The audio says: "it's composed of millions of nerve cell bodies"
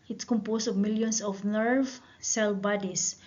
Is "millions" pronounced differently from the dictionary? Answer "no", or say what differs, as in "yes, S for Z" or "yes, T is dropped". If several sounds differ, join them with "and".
yes, S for Z